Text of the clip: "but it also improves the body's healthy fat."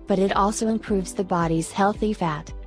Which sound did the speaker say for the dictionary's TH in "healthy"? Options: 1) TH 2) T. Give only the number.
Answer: 1